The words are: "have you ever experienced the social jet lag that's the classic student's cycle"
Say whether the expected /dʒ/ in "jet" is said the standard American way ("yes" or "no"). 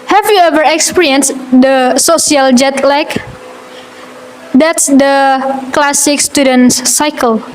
yes